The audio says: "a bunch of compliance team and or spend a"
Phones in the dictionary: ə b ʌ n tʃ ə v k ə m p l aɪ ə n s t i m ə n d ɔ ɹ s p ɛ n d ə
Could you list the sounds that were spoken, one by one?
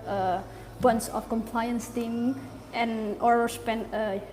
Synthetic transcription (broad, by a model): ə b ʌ n s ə f k ə m p l aɪ ə n s t i m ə n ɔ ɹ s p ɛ n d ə